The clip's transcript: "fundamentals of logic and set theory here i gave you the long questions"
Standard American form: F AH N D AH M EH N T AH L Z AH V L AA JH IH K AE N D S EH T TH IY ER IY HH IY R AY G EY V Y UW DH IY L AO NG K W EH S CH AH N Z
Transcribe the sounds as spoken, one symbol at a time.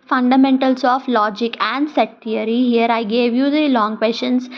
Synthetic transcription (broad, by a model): F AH N D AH M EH N T AH L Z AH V L AA JH IH K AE N D S EH T T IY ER IY HH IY R AY G EY V Y UW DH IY L AO NG K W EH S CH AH N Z